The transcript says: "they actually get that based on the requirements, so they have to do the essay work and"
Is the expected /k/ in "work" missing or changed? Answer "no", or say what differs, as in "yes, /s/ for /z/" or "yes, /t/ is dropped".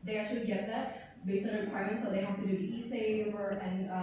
yes, /k/ is dropped